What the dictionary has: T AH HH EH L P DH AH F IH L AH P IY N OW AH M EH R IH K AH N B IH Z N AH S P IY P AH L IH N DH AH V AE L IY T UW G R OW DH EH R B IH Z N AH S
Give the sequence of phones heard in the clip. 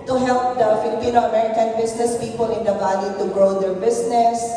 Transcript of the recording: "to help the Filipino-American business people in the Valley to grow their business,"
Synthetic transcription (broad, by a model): T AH HH EH L P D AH F IH L AH P IY N OW AH M EH R IH K AH N B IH S N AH S P IY P AH L IH N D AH B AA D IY T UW G R OW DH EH R B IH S N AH S